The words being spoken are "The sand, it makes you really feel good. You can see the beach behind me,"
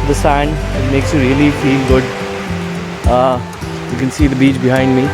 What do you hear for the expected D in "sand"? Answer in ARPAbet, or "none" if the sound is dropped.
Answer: D